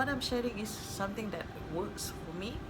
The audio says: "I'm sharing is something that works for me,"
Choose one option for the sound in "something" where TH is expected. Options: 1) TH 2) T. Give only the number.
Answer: 2